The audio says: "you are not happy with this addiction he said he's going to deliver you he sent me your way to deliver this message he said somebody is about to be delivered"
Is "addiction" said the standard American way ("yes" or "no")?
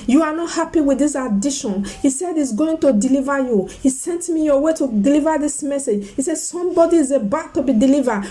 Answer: no